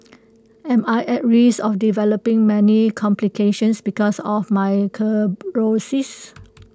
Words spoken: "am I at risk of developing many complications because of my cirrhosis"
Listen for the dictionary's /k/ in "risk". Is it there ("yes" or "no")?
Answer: no